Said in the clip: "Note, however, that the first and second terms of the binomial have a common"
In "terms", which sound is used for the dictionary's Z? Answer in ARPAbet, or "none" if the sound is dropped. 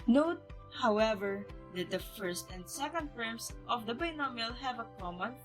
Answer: S